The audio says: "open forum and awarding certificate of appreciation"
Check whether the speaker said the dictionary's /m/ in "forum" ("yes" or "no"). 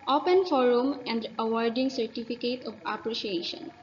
yes